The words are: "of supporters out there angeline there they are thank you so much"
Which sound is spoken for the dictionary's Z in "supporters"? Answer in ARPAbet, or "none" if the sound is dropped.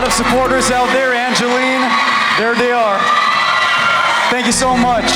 Z